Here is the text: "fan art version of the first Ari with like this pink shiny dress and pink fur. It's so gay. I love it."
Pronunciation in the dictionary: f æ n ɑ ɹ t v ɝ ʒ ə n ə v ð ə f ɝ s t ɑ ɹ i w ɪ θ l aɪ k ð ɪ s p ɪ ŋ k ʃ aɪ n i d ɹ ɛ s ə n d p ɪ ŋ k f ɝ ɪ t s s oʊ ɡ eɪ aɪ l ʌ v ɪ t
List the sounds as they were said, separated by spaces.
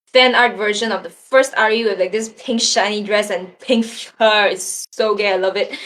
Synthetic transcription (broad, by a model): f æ n ɑ ɹ t v ɝ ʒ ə n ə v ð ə f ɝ s t ɑ ɹ i w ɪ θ l aɪ k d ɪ s p ɪ ŋ k ʃ aɪ n i d ɹ ɛ s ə n p ɪ ŋ k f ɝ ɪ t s s oʊ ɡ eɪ aɪ l ʌ v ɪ t